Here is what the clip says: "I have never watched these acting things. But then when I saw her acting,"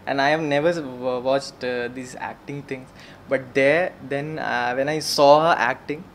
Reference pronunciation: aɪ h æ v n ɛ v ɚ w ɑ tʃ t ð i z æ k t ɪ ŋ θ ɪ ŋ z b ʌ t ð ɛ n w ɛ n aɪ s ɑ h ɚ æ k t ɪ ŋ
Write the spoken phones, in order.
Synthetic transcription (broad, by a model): aɪ h æ v n ɛ v ɚ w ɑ tʃ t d i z æ k t ɪ ŋ t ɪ ŋ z b ʌ t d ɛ n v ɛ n aɪ s ɑ h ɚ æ k t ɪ ŋ